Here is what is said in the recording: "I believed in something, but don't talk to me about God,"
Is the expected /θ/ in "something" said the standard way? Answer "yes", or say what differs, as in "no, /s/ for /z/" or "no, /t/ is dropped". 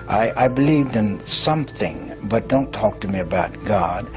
yes